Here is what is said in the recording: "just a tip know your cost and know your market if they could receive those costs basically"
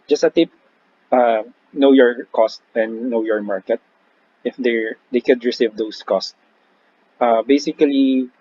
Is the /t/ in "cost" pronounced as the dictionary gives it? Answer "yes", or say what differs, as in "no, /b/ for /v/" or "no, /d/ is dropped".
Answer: yes